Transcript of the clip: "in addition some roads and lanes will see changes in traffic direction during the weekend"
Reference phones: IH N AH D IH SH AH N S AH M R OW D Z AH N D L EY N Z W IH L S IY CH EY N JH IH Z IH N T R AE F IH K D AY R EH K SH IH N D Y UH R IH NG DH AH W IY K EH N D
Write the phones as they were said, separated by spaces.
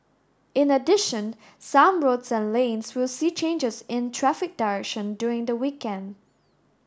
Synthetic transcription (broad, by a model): IH N AH D IH SH AH N S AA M R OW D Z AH N L EY N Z W IH L S IY CH EY N JH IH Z IH N T R AE F IH K D AY R EH K SH IH N D Y UH R IH NG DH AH W IY K EH N D